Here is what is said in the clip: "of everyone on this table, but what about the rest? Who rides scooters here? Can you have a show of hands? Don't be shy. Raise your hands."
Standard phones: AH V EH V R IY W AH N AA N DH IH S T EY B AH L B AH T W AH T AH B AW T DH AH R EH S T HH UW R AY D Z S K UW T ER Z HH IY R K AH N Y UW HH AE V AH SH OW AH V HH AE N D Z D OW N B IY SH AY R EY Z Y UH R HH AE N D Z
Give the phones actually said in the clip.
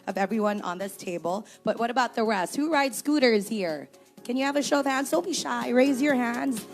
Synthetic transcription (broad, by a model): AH V EH V R IY W AH N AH N DH IH S T EY B AH L B AH T W AH T AH B AW T DH AH R EH S T HH UW R AY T S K UW T ER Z HH IY R K AH N Y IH V AH SH OW AH V HH AE N D Z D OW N B IY SH AY R EY Z Y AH R HH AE N D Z